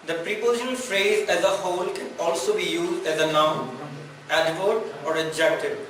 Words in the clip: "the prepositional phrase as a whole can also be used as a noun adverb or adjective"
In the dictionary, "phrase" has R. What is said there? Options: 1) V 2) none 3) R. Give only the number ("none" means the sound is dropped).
3